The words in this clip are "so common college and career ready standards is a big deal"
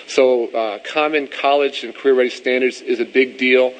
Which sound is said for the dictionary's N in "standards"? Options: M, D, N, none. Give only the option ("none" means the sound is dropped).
N